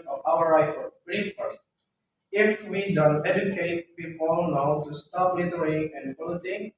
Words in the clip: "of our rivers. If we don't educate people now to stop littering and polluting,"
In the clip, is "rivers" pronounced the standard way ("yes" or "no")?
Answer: no